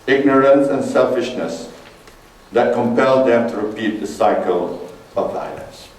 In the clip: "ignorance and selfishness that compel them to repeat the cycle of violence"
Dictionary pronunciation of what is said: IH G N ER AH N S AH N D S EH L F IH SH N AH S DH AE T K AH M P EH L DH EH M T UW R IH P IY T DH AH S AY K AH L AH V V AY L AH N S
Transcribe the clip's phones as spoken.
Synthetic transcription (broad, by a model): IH G N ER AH N S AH N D S EH L F IH SH N AH S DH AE T K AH M P EH L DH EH M T UW R IH P IY T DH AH S AY K AH L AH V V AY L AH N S